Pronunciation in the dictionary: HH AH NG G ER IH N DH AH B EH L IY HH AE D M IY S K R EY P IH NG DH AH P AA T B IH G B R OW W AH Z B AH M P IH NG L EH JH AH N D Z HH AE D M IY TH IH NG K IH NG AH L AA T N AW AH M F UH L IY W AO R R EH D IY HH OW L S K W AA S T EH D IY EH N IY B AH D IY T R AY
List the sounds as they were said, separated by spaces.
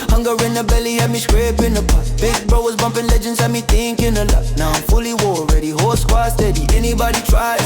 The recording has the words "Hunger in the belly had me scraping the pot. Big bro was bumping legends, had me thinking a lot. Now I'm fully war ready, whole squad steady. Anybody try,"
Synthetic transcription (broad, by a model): HH AH NG G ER IH N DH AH B EH L IY HH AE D M IY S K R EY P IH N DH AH B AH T B IH G B R OW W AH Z B AH M P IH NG L EH JH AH N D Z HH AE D M IY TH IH NG K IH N AH L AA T N AW AH M F UH L IY W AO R R EH D IY HH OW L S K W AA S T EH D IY EH N IY B AH D IY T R AY